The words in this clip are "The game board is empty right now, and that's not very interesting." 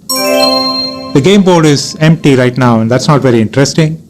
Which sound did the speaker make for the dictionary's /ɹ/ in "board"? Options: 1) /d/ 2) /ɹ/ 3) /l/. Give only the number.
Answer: 3